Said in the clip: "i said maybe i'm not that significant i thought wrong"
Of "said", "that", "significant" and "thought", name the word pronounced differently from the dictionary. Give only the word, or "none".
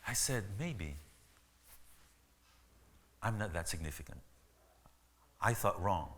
none